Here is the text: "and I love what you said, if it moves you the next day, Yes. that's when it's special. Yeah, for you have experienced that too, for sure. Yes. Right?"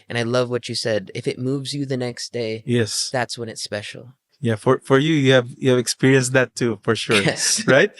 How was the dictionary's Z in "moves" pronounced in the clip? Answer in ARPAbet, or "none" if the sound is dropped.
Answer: Z